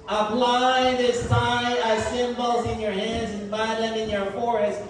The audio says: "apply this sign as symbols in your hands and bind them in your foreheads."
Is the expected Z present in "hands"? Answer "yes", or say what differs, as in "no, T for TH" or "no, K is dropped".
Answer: yes